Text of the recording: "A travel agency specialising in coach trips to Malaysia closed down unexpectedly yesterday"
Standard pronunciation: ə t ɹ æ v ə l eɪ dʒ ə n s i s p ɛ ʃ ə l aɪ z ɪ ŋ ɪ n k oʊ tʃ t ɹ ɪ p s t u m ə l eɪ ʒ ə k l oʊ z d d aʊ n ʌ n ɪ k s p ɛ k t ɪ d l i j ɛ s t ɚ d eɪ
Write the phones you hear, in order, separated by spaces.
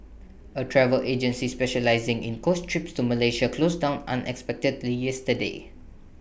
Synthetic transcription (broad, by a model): ə t ɹ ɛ v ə l eɪ dʒ ə n s i s p ɛ ʃ ə l aɪ z ɪ ŋ ɪ n k oʊ s t ɹ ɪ p s t u m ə l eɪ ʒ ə k l oʊ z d d aʊ n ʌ n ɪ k s p ɛ k t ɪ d l i j ɛ s t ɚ d eɪ